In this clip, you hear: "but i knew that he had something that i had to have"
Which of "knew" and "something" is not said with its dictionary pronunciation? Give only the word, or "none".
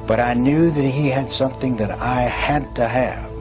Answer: none